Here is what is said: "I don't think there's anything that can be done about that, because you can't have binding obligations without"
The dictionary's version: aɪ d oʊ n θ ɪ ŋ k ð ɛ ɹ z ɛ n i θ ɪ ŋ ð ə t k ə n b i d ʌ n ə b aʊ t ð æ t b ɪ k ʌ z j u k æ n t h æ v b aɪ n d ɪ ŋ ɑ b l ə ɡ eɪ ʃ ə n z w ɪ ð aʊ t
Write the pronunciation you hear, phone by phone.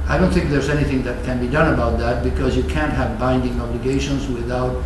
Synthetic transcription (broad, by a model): aɪ d oʊ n θ ɪ ŋ k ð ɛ ɹ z ɛ n i θ ɪ ŋ ð ə t k ə n b i d ʌ n ə b aʊ t ð æ t b ɪ k ʌ z j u k æ n t h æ v b aɪ n d ɪ ŋ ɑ b l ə ɡ eɪ ʃ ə n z w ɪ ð aʊ t